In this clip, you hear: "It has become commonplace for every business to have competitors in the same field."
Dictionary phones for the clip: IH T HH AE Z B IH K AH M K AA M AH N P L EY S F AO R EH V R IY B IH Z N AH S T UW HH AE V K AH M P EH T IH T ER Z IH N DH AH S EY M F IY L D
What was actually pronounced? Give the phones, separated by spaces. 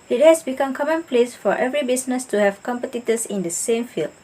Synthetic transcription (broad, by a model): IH T HH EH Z B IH K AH M K AA M AH N P L EY S F AO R EH V R IY B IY S N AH S T UW HH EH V K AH M P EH T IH T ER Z IH N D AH S EY M F IY L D